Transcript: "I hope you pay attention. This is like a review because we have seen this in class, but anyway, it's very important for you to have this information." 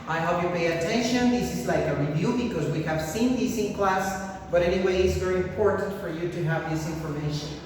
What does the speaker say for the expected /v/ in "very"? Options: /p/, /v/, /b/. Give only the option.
/v/